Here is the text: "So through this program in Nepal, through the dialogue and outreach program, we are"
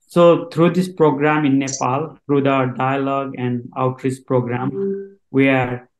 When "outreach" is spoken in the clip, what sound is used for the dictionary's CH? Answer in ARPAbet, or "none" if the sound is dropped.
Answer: S